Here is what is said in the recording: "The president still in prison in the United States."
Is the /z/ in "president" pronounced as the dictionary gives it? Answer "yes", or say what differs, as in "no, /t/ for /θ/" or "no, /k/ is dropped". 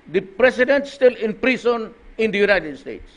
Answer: no, /s/ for /z/